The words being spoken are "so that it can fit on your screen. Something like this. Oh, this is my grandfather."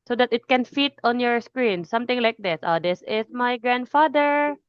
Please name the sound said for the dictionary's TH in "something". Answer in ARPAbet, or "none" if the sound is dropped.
T